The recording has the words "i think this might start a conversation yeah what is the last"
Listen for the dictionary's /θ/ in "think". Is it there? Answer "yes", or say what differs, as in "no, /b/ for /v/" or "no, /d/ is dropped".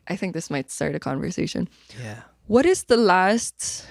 yes